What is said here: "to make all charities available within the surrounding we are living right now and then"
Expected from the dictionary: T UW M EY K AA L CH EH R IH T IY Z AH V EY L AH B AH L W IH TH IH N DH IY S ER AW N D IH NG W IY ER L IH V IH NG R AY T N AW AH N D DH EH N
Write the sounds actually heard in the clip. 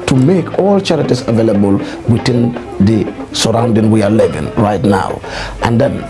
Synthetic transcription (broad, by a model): T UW M EY K AA L CH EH R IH T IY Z AH V EY L AH B AH L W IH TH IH N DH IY S ER AW N D IH NG W IY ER L IH V IH NG R AY T N AW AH N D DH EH N